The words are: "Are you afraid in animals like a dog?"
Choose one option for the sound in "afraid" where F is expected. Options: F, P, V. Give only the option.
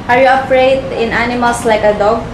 P